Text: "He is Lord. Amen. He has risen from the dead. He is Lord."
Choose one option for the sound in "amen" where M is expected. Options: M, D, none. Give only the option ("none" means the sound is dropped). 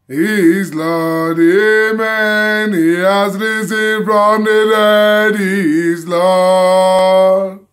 M